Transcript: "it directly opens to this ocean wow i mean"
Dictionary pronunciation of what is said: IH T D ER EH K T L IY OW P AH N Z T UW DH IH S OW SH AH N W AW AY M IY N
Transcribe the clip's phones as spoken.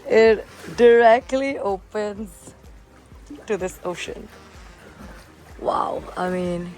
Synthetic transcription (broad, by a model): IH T D ER EH K T L IY OW P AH N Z T UW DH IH S OW SH AH N W AW AY M IY N